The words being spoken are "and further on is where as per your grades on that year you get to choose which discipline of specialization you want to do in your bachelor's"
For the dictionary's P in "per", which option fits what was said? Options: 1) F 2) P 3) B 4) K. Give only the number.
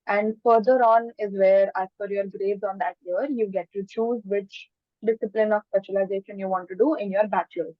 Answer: 1